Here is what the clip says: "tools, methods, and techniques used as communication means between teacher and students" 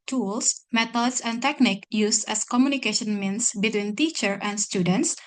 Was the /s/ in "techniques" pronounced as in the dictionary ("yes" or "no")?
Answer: no